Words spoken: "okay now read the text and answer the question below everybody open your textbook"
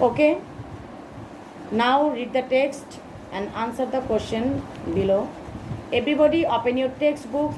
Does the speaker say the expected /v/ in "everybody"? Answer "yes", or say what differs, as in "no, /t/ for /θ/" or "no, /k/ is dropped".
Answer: no, /b/ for /v/